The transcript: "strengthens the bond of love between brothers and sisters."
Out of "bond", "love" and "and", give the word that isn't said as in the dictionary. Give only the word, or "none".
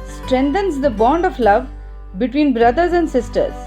none